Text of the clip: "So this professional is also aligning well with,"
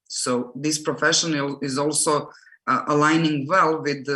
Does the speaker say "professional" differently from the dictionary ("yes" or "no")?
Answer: yes